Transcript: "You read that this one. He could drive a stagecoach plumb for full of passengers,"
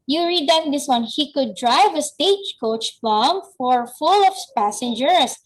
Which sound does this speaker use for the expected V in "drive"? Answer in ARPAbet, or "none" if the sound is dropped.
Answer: V